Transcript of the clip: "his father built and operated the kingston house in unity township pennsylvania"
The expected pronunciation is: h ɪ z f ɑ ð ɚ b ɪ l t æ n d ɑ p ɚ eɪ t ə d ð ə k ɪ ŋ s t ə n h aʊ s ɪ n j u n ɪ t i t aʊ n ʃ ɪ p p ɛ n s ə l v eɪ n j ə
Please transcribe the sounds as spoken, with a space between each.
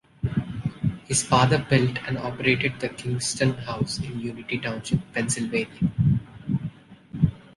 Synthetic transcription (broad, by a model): h ɪ z f ɑ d ɚ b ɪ l t æ n d ɑ p ɚ eɪ t ə d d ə k ɪ ŋ s t ə n h aʊ s ɪ n j u n ɪ t i t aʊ n s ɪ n p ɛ n s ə l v eɪ n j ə